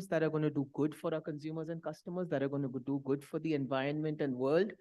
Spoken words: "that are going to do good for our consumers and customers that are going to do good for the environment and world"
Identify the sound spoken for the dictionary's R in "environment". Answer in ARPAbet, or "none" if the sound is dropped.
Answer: R